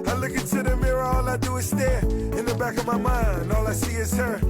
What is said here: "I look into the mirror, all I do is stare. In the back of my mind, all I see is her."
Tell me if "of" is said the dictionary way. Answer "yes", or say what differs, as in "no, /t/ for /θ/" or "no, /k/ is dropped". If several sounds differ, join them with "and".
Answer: yes